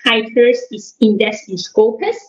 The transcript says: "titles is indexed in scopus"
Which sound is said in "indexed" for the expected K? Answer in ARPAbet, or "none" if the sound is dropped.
none